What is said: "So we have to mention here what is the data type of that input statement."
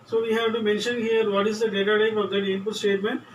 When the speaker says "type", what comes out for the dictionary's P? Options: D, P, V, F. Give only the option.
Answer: F